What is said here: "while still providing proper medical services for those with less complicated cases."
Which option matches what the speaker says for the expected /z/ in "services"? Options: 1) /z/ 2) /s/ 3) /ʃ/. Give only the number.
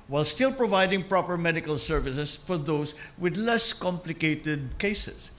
2